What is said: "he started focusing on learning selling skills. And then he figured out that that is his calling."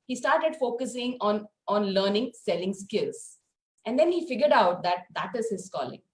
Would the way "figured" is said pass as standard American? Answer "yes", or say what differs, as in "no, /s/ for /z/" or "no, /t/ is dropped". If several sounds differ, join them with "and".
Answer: yes